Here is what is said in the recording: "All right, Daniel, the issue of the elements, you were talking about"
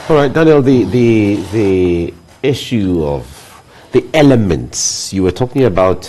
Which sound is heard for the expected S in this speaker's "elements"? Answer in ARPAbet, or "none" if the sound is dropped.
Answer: S